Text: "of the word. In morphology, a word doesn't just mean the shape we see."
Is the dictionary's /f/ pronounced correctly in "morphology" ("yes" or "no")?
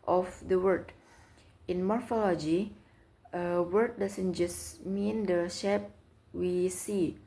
yes